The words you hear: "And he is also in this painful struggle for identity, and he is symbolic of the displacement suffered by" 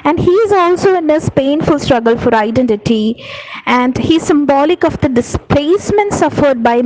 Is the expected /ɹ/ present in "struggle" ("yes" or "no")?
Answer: yes